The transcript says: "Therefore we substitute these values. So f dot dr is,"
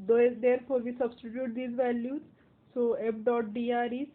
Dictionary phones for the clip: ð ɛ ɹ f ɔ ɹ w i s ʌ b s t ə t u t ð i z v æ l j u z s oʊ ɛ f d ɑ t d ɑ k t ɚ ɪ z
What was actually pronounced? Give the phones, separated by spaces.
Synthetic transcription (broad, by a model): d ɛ ɹ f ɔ ɹ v i s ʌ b s t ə t u t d i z v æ l j u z s oʊ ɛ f d ɑ t d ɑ t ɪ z